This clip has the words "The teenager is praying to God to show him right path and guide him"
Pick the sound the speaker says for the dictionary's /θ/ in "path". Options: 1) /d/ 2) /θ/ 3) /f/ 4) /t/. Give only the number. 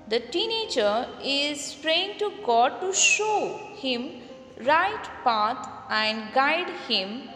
4